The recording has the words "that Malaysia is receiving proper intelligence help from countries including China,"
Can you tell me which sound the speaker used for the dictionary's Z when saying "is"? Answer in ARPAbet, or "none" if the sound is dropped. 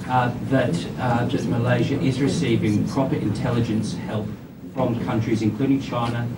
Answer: Z